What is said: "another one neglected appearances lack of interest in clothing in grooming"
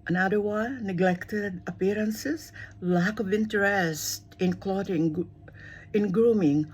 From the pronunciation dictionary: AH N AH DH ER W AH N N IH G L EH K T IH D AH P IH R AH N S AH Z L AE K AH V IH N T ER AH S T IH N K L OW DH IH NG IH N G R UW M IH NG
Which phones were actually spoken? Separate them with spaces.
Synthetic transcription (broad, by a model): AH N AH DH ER W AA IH N IH G L EH K T IH D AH P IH R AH N S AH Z L AE K AH V IH N T ER AH S T IH N K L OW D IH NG IH N G R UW M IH NG